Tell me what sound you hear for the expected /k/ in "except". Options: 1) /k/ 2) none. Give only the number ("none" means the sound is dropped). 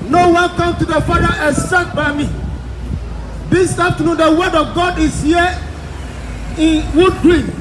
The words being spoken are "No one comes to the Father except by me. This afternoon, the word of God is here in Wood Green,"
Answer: 2